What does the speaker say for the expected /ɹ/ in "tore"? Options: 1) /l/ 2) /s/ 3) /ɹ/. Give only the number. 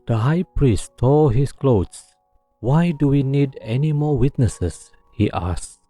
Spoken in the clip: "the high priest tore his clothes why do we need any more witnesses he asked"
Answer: 1